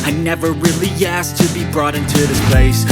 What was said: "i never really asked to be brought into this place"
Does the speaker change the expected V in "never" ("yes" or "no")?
no